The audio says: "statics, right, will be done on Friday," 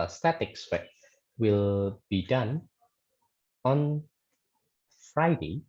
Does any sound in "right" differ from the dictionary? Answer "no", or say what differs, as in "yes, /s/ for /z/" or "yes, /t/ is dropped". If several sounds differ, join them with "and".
yes, /w/ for /ɹ/